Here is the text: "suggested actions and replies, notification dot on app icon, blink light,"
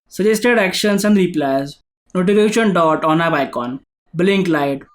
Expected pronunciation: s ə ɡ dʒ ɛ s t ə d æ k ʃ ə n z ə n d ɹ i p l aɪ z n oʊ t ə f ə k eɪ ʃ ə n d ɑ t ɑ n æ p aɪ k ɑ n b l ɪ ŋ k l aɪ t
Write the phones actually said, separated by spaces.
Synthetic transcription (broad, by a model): s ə dʒ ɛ s t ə d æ k ʃ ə n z ə n d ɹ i p l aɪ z n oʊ t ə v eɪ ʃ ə n d ɑ t ɑ n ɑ b aɪ k ɑ n b l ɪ ŋ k l aɪ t